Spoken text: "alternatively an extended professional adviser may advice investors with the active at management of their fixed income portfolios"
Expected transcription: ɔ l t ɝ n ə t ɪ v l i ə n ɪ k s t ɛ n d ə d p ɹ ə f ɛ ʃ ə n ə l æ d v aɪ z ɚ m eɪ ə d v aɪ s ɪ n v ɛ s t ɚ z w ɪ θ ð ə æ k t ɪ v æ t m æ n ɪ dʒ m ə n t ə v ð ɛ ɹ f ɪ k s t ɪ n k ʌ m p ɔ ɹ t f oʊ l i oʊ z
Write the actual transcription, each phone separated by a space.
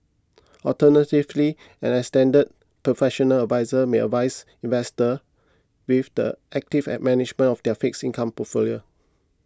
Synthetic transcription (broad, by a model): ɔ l t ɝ n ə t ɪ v l i ə n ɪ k s t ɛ n d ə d p ɹ ə f ɛ ʃ ə n ə l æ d v aɪ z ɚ m eɪ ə v aɪ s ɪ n v ɛ s t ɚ w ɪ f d ə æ k t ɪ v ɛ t m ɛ n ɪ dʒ m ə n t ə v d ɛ f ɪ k s i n k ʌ m p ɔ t f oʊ l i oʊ